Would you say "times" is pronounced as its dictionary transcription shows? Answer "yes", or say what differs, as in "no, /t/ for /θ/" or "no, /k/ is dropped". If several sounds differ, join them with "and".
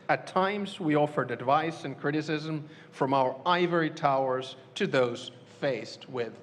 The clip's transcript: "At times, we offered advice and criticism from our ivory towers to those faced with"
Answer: yes